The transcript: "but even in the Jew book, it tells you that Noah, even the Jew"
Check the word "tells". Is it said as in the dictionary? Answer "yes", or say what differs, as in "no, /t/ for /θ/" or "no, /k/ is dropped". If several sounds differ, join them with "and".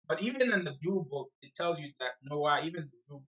yes